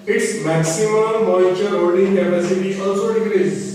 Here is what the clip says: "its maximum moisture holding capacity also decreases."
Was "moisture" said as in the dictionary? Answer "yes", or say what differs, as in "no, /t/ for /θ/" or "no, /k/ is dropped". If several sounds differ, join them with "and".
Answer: no, /s/ is dropped